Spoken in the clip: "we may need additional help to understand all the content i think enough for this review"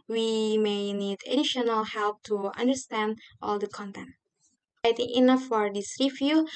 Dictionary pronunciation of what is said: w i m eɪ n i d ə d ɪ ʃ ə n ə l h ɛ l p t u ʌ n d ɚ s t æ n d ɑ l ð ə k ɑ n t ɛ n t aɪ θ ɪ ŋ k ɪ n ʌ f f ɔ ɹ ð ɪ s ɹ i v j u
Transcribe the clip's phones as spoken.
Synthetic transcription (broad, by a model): w i m eɪ n i d ə d ɪ ʃ ə n ə l h ɛ l p t u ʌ n d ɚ s t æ n d ɑ l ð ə k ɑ n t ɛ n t aɪ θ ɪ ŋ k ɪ n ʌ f f ɔ ɹ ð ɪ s ɹ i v j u